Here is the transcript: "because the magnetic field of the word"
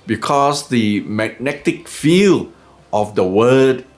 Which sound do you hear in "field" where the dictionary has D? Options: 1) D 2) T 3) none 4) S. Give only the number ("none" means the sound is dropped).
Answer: 3